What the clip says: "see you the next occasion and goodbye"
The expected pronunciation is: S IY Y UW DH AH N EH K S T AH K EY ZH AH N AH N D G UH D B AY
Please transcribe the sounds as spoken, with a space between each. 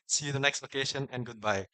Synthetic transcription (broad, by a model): S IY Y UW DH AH N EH K S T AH K EY SH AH N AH N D G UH D B AY